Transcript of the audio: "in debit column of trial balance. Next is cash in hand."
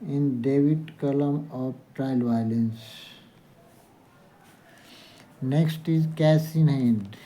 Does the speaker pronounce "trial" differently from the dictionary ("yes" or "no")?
no